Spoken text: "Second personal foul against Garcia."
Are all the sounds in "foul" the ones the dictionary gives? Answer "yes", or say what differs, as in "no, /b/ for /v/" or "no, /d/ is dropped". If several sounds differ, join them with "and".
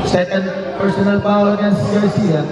no, /p/ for /f/